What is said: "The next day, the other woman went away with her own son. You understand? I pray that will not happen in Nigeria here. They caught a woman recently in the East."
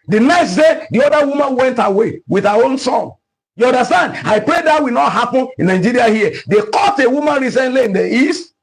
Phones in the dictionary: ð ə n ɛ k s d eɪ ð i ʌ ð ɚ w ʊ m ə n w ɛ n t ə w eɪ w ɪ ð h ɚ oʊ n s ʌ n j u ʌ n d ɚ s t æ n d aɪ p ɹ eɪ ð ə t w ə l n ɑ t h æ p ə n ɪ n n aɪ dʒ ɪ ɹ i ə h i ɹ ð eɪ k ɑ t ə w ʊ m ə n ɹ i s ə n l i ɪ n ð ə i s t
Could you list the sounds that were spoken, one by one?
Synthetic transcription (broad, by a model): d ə n ɛ k s d eɪ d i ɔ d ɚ w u m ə n w ɛ n t ə w eɪ w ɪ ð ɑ oʊ n s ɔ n j u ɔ n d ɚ s t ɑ n d aɪ p ɹ eɪ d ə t w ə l n ɑ t h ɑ p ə n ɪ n n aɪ dʒ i ɹ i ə h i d eɪ k ɑ t ə w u m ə n ɹ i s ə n l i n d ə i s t